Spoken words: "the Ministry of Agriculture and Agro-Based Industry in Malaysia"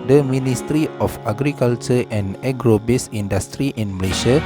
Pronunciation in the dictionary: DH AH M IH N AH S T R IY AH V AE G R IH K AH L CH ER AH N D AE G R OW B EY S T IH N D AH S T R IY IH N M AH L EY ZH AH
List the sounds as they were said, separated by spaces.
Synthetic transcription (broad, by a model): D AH M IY N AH S T R IY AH F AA G R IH K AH L CH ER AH N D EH G R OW B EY S IY N D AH S T R IY IH N M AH L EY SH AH